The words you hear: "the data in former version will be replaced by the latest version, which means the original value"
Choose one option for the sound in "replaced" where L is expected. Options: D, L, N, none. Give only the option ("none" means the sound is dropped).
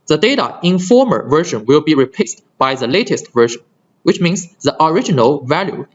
none